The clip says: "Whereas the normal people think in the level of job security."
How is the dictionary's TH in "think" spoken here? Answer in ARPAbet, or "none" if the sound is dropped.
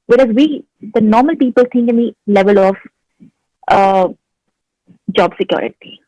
T